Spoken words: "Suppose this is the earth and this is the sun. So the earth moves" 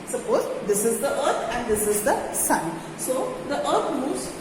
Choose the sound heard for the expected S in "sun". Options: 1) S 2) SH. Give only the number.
1